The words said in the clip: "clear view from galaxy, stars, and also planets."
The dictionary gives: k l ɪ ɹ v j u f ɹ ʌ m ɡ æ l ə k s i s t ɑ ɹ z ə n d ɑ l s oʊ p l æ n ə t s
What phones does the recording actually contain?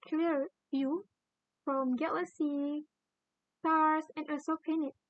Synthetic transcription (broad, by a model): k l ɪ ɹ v j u f ɹ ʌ m ɡ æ l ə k s i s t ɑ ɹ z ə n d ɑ s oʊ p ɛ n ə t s